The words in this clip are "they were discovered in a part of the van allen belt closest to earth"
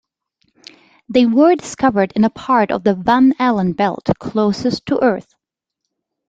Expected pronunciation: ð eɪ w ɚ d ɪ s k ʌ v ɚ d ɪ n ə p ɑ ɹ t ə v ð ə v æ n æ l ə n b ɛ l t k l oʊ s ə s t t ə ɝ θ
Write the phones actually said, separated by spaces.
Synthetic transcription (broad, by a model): ð eɪ w ɚ d ɪ s k ʌ v ɚ d ɪ n ə p ɑ ɹ t ə v ð ə v æ n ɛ l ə n b ɛ l t k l oʊ s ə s t t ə ɝ θ